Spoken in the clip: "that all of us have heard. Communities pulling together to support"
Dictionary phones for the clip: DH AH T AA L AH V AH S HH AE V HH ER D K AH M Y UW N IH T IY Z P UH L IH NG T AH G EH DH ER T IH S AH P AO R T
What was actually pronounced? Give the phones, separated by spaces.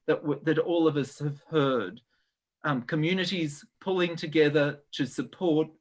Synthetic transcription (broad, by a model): DH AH T AA L AH V AH S HH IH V HH ER D K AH M Y UW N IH T IY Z P UH L IH NG T AH G EH DH ER T IH S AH P AO R T